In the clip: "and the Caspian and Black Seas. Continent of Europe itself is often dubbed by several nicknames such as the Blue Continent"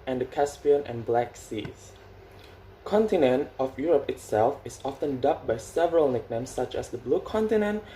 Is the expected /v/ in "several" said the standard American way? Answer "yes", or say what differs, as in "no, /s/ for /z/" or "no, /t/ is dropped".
yes